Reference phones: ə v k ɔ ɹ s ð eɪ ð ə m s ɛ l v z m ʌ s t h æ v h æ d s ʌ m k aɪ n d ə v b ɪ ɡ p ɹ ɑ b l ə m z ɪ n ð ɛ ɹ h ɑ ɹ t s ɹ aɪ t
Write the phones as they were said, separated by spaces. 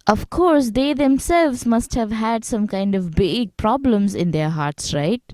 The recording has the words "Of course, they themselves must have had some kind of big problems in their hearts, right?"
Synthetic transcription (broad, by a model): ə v k ɔ ɹ s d eɪ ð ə m s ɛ l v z m ʌ s t h æ v h æ d s ʌ m k aɪ n d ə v b ɪ ɡ p ɹ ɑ b l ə m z ɪ n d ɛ ɹ h ɑ ɹ t s ɹ aɪ t